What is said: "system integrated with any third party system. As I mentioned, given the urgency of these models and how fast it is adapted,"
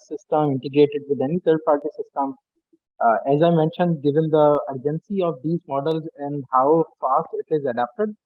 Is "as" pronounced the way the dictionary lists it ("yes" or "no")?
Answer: yes